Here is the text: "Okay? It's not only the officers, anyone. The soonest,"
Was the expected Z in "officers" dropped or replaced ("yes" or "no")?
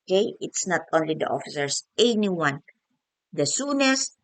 yes